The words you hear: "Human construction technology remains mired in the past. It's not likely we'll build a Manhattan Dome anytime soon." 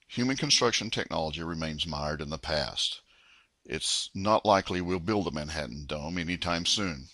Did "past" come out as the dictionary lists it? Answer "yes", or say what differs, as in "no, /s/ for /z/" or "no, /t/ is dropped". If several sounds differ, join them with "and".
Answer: yes